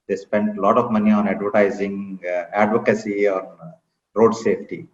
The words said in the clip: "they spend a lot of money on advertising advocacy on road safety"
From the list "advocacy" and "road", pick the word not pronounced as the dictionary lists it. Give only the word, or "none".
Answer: none